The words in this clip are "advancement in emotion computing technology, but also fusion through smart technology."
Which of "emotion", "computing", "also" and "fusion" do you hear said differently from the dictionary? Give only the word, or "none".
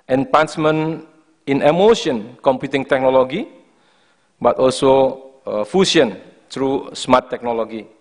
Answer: fusion